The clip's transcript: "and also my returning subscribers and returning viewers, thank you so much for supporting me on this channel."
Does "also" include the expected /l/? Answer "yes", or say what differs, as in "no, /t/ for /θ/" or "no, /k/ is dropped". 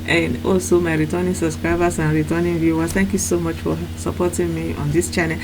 no, /l/ is dropped